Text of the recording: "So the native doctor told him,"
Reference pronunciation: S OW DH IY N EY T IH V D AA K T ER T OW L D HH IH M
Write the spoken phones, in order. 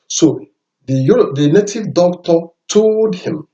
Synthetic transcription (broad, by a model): S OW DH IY N EY T IH V D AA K T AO T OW D HH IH M